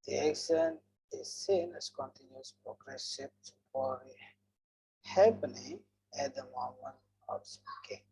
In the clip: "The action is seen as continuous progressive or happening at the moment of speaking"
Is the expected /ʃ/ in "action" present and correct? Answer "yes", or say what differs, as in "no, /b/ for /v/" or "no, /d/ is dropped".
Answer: no, /s/ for /ʃ/